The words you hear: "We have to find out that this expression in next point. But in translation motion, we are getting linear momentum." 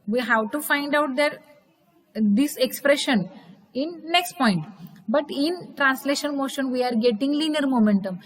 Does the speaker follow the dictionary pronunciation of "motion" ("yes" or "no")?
yes